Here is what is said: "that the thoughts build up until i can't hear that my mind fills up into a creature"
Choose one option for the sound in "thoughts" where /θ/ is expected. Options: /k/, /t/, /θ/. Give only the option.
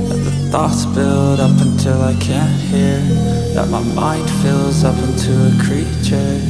/θ/